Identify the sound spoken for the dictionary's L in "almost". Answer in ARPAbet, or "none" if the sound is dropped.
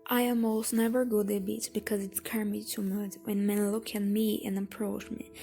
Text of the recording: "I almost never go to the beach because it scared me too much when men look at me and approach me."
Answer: none